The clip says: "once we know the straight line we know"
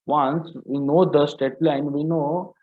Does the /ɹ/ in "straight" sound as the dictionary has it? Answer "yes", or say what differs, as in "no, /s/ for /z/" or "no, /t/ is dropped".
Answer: no, /ɹ/ is dropped